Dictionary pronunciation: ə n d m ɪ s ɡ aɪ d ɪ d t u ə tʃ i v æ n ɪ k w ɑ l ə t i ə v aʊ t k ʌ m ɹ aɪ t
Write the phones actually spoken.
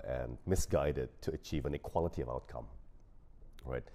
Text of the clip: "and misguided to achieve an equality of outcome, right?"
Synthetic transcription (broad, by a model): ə n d m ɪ s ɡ aɪ d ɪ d t u ə tʃ i v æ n ɪ k w ɑ l ə t i ə v aʊ t k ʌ m ɹ aɪ t